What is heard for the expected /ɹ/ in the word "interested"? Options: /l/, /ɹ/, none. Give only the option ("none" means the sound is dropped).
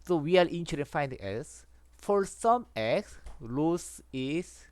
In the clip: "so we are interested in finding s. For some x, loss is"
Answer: none